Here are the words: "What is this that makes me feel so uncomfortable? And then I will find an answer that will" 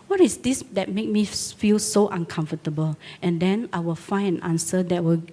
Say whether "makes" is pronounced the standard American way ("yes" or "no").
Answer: no